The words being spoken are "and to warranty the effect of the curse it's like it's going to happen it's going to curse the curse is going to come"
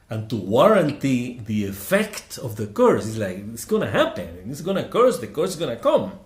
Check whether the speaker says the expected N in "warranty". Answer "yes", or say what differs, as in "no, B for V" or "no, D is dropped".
yes